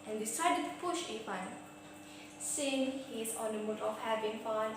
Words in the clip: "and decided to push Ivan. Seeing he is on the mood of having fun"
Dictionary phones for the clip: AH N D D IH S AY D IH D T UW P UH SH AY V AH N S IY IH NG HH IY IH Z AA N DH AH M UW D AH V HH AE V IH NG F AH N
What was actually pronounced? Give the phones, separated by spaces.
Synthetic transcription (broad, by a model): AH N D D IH S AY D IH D T UW P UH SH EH F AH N S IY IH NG HH IY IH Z AA N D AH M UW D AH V HH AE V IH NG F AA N